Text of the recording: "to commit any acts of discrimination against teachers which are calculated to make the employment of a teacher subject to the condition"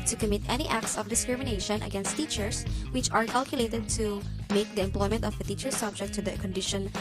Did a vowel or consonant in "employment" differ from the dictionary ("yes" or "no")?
no